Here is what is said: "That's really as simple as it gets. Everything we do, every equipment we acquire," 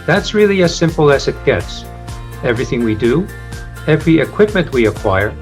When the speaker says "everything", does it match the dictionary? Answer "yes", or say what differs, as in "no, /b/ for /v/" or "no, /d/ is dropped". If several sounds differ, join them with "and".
yes